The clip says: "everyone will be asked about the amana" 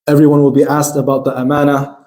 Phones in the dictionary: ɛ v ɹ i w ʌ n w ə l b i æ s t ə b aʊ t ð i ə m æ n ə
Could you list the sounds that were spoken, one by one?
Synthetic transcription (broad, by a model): ɛ v ɹ i w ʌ n w ə l b i æ s t ə b aʊ t ð i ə m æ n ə